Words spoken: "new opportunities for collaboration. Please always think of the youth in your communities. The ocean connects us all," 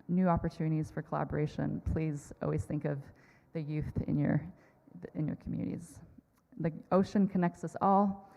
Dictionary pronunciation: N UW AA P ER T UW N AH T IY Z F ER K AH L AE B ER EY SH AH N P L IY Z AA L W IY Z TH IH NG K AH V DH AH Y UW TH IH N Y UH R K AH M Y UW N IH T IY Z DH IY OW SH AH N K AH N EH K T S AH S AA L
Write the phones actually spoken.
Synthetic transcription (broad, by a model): N UW AA P ER T UW N AH T IY Z F ER K AH L AE B ER EY SH AH N P L IY Z AA L W IY Z TH IH NG K AH V DH AH Y UW TH IH N Y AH R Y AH M Y UW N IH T IY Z DH IY OW SH AH N K AH N EH K T S AH S AA L